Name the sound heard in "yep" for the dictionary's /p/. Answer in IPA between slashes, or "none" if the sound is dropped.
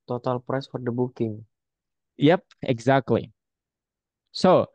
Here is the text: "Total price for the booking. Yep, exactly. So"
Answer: /p/